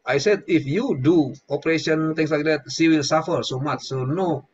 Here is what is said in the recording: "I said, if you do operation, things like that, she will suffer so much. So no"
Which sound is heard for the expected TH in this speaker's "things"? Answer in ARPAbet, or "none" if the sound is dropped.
T